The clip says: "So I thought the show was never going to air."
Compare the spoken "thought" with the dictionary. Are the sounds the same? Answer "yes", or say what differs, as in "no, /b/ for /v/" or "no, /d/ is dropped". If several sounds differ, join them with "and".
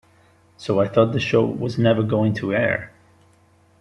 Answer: yes